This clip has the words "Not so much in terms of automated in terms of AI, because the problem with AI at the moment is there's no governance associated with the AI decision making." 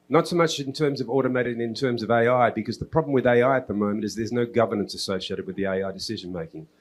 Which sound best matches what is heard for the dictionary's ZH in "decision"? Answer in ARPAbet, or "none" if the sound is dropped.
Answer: ZH